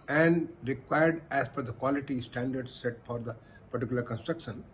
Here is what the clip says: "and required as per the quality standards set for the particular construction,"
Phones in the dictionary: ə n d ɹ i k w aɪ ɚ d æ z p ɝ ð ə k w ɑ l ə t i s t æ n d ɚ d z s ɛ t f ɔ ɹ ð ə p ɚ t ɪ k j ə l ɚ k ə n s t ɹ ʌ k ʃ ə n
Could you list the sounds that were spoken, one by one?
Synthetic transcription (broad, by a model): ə n d ɹ i k w aɪ ɚ d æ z f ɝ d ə k w ɑ l ə t i s t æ n d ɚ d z s ɛ t f ɔ ɹ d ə p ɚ t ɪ k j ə l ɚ k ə n s t ɹ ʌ k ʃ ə n